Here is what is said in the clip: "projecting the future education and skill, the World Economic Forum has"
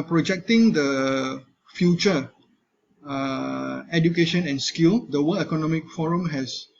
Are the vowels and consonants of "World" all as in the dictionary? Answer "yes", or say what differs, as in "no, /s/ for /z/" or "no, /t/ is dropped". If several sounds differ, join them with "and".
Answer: no, /d/ is dropped